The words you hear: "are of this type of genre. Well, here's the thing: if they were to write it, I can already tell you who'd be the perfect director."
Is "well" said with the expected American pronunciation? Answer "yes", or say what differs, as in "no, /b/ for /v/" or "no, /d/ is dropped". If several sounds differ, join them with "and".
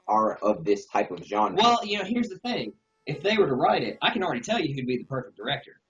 no, /n/ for /l/